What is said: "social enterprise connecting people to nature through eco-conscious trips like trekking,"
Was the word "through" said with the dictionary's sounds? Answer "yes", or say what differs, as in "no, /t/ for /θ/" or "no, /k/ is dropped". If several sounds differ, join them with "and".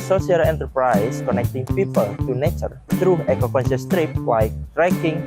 no, /t/ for /θ/